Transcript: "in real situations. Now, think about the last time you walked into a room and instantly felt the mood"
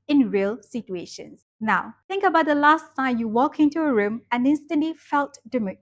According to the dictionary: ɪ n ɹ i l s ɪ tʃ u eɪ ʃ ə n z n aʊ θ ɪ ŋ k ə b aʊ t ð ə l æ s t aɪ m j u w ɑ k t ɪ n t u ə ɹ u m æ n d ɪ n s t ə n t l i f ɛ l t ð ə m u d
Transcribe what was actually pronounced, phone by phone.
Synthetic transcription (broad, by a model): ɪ n ɹ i l s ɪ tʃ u eɪ ʃ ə n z n aʊ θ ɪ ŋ k ə b aʊ t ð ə l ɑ s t aɪ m j u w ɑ k ɪ n t u ə ɹ u m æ n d ɪ n s t ə n t l i f ɛ l t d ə m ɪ